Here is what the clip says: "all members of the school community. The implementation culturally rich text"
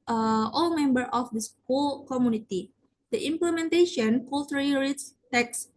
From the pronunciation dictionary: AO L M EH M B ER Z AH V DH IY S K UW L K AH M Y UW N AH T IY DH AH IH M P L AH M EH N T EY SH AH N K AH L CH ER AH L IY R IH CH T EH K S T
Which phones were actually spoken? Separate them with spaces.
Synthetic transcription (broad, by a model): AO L M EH M B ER AH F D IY S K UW L K AH M Y UW N AH T IY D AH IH M P L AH M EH N T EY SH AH N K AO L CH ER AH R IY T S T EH K S